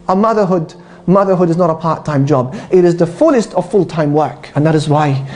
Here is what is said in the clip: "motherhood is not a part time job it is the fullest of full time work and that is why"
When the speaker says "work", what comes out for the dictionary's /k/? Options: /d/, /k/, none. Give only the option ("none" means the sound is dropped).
/k/